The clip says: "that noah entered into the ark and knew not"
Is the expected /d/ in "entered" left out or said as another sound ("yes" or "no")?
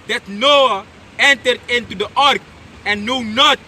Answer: no